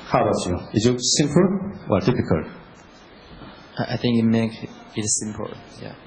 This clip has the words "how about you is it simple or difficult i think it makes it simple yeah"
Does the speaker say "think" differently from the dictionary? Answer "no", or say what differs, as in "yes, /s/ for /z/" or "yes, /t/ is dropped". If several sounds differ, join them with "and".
no